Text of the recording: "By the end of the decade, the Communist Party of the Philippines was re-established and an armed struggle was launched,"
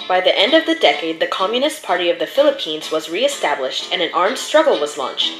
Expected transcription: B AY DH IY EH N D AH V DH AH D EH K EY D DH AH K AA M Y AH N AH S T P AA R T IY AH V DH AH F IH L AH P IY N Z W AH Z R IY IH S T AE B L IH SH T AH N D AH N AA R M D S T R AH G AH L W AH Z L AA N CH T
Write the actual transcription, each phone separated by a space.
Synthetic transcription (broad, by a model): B AY DH IY EH N D AH V DH AH D EH K EY D DH AH K AA M Y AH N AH S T P AA R T IY AH V DH AH F IH L AH P IY N Z W AH Z R IY IH S T AE B L IH SH T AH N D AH N AA R M D S T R AH G L W AH Z L AA N CH T